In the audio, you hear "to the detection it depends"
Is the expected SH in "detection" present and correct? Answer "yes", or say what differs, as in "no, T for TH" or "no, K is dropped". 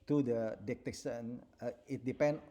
no, S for SH